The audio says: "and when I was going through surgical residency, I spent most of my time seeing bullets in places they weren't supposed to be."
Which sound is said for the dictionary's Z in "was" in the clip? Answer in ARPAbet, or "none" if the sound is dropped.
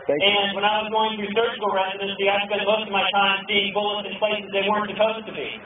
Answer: Z